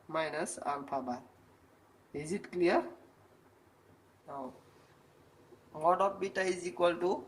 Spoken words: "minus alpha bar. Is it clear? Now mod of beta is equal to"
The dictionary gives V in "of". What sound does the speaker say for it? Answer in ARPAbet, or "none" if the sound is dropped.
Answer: P